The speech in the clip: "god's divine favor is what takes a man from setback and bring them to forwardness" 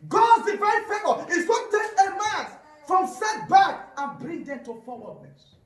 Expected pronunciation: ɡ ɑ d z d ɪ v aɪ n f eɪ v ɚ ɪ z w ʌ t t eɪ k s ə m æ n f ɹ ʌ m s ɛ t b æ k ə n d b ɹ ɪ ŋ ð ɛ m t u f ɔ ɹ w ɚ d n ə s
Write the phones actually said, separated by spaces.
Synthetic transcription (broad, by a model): ɡ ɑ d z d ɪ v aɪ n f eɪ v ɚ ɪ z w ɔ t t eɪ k ə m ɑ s f ɹ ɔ m s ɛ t b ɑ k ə n b ɹ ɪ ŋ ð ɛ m t u f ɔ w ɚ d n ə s